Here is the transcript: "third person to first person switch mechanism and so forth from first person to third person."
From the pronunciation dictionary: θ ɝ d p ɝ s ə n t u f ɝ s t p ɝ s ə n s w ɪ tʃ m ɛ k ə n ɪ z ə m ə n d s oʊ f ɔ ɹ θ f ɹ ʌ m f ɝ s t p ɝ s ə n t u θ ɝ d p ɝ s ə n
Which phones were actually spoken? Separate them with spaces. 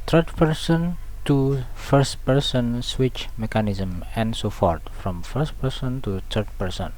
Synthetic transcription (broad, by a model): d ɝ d p ɝ s ə n t u f ɝ s t p ɝ s ə n s w ɪ tʃ m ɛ k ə n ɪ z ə m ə n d s oʊ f ɔ ɹ t f ɹ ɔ m f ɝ s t p ɝ s ə n t u t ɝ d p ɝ s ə n